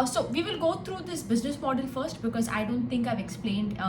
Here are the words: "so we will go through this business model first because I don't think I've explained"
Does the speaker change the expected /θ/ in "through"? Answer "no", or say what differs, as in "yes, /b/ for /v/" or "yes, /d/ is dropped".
yes, /t/ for /θ/